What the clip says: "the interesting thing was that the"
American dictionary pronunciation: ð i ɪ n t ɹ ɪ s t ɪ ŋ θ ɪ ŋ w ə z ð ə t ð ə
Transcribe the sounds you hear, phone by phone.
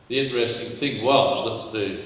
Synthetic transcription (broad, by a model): ð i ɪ n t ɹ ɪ s t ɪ ŋ θ ɪ ŋ w ə z ð ə t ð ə